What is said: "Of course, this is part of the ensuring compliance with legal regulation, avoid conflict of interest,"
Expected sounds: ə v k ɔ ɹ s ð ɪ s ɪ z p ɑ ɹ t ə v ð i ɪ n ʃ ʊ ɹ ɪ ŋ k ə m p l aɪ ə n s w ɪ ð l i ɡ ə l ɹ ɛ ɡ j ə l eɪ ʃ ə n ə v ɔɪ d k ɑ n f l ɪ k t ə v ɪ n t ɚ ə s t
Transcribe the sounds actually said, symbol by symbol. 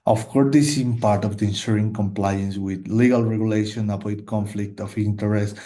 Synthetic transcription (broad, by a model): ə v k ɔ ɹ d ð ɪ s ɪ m p ɑ ɹ t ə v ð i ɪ n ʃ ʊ ɹ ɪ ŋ k ə m p l aɪ ə n s w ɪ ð l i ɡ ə l ɹ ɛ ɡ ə l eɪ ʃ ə n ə p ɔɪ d k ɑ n f l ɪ k t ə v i n t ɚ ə s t